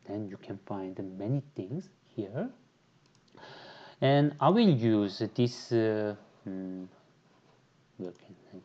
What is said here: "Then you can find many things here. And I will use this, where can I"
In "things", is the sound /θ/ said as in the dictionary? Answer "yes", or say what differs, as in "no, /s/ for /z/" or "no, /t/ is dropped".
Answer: no, /t/ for /θ/